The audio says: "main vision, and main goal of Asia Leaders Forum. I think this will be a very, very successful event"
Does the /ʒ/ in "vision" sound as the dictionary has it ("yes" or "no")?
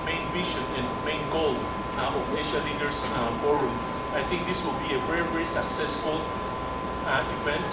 no